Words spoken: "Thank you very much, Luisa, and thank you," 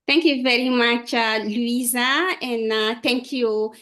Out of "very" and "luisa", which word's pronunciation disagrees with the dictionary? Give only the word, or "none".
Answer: none